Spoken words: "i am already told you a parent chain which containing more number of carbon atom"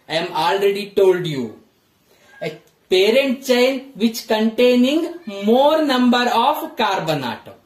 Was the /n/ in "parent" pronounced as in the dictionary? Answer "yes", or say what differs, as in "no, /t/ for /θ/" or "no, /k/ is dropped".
yes